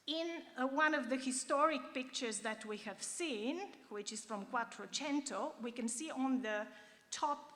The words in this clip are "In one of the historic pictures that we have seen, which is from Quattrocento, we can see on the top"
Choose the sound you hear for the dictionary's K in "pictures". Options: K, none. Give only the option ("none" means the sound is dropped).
K